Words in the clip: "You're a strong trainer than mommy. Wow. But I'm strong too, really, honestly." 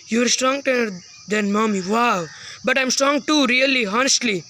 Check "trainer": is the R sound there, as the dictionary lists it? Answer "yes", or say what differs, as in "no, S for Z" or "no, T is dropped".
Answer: no, R is dropped